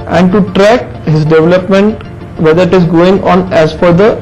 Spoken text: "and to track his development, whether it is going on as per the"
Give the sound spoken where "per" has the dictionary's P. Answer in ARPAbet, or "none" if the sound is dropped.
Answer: F